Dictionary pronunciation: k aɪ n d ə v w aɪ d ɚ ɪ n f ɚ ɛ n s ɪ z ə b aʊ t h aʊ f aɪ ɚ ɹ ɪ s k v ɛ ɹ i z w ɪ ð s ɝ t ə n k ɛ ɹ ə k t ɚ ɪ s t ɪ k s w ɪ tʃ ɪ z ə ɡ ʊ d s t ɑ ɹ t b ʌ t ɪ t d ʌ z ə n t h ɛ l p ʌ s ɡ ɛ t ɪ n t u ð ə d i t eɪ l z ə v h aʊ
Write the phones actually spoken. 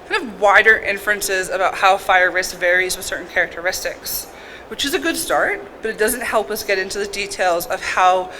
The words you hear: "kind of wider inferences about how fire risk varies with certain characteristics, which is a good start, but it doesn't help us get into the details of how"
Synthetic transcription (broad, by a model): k aɪ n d ə v w aɪ d ɚ ɪ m f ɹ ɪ n s ɪ z ə b aʊ t h aʊ f aɪ ɚ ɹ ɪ s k v ɛ ɹ i z w ɪ ð s ɝ t n k ɛ ɹ ə k t ɚ ɪ s t ɪ k s w ɪ tʃ ɪ z ə ɡ ʊ d s t ɑ ɹ t b ʌ t ɪ t d ʌ z ə n t h ɛ l p ʌ s ɡ ɛ t ɪ n t u ð ə d i t eɪ l z ə v h aʊ